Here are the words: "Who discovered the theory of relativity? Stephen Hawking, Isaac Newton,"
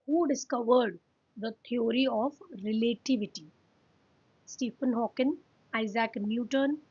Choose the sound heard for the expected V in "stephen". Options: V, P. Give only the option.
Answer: P